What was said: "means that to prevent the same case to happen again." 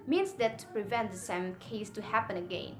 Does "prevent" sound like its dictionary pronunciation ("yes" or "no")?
yes